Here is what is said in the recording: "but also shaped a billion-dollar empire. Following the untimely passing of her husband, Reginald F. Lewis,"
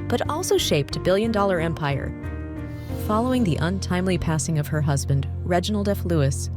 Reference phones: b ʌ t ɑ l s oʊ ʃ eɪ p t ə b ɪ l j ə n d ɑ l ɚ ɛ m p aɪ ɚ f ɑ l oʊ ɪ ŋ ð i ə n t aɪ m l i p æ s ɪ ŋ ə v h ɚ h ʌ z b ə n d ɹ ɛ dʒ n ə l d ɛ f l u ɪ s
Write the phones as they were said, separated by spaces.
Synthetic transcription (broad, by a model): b ʌ t ɑ l s oʊ ʃ eɪ p t ə b ɪ l j ə n d ɑ l ɚ ɛ m p aɪ ɚ f ɑ l oʊ ɪ ŋ ð i ə n t aɪ m l i p æ s ɪ ŋ ə v ɚ h ʌ z b ə n d ɹ ɛ dʒ n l d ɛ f l u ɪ s